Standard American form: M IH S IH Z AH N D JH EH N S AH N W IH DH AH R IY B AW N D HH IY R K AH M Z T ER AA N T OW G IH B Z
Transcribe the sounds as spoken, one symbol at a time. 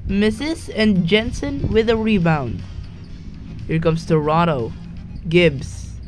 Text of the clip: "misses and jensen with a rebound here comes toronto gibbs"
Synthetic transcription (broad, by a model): M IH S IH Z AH N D JH EH N S AH N W IH DH AH R IY B AW N D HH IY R K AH M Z T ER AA T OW G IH B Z